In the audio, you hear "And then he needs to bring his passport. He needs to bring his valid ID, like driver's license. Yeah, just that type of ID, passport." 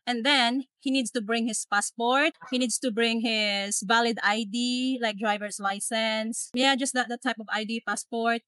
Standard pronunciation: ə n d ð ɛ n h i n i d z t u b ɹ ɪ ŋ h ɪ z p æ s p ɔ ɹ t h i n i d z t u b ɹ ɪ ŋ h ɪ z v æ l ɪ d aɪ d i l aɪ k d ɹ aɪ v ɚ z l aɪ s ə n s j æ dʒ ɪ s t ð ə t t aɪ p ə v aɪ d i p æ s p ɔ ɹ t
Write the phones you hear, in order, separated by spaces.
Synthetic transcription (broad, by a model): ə n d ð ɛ n h i n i d s t u b ɹ ɪ ŋ h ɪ s p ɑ s p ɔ ɹ t h i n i d s t u b ɹ ɪ ŋ h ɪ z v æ l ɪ d aɪ d i l aɪ k d ɹ aɪ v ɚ s l aɪ s ə n s j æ dʒ ɪ s t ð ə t t aɪ p ə v aɪ d i p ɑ s p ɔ ɹ t